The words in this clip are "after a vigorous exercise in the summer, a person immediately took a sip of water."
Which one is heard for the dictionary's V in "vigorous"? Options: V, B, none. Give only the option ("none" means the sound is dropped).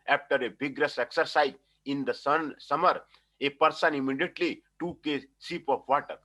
B